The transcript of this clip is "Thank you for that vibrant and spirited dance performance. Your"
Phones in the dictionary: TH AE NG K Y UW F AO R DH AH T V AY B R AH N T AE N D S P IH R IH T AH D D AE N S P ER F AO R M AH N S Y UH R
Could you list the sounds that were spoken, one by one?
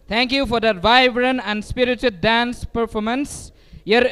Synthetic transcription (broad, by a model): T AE NG K Y UW F AO R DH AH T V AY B R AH N AE N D S P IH R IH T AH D D AE N S P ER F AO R M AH N S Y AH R